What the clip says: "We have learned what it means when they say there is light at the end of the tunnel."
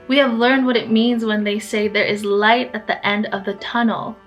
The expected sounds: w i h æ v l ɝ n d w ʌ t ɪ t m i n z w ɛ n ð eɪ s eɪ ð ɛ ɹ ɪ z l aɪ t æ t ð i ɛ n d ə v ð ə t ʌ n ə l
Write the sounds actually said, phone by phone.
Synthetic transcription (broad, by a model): w i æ v l ɝ n d w ʌ t ɪ t m i n z w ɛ n ð eɪ s eɪ ð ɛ ɹ ɪ z l aɪ t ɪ t ð i ɛ n d ə v ð ə t ʌ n l